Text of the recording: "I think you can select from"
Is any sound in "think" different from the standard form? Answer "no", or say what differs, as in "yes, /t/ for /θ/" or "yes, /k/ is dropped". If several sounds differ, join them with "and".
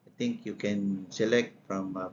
yes, /t/ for /θ/